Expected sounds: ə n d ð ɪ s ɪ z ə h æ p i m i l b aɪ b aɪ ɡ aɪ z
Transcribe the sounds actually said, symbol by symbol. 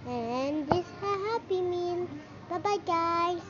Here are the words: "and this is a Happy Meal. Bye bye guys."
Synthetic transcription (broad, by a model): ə n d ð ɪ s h ə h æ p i m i n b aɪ b aɪ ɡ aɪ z